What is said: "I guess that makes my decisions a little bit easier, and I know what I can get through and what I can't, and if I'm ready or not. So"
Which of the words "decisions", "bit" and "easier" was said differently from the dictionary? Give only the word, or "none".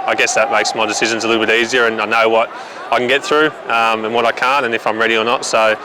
none